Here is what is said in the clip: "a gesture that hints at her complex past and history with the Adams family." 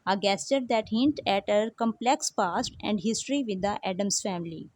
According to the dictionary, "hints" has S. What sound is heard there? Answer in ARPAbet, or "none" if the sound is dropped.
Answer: none